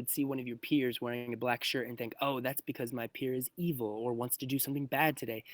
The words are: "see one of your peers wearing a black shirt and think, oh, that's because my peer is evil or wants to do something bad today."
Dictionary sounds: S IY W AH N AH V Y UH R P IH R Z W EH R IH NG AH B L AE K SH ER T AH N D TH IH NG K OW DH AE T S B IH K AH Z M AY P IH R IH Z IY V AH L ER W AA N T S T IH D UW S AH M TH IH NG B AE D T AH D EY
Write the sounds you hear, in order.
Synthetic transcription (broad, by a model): S IY W AH N AH V Y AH R P IH R Z W EH R IH NG AH B L AE K SH ER T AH N TH IH NG K OW DH AE T S B IH K AH Z M AY P IH R IH Z IY V L ER W AA N T S T IH D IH S AH M TH IH NG B AE D T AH D EY